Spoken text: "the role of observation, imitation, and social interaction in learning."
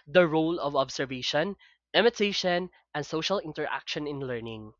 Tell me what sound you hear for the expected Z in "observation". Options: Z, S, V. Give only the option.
S